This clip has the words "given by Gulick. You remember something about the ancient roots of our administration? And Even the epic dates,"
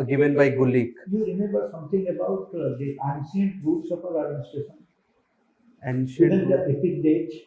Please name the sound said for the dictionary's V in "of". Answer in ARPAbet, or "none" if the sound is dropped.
P